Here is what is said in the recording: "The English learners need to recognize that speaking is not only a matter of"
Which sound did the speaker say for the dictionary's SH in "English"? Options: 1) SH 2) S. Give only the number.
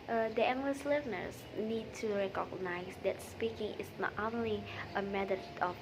2